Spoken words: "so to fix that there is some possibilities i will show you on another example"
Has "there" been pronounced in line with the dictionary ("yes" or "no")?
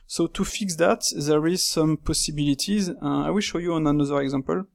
yes